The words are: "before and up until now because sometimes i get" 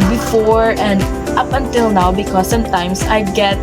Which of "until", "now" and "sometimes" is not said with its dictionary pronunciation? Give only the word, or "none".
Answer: sometimes